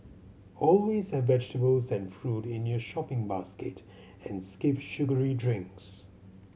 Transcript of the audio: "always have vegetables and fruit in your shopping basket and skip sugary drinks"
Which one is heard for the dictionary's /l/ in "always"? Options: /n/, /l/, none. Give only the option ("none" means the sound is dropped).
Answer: /l/